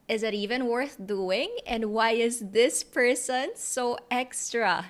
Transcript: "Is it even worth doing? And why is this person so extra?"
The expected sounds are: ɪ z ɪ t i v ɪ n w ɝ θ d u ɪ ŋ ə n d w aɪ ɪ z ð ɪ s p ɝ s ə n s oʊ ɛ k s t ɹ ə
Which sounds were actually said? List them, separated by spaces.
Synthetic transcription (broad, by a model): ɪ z ɪ t i v ɪ n w ɝ θ d u ɪ ŋ ə n d w aɪ ɪ z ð ɪ s p ɝ s ə n s oʊ ɛ k s t ɹ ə